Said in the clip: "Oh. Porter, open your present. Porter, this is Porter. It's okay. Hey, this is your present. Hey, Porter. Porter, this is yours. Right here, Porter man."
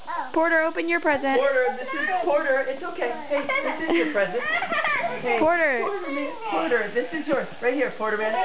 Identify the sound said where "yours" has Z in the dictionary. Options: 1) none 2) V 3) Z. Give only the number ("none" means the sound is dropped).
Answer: 1